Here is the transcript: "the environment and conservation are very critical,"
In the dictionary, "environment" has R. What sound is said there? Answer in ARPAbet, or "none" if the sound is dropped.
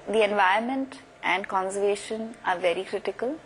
none